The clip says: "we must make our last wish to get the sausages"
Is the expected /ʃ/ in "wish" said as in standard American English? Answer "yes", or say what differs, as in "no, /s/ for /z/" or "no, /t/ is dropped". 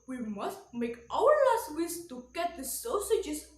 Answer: no, /s/ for /ʃ/